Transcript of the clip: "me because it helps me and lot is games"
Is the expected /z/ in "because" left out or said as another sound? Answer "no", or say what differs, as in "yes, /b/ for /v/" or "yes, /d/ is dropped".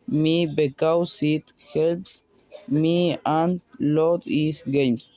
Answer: yes, /s/ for /z/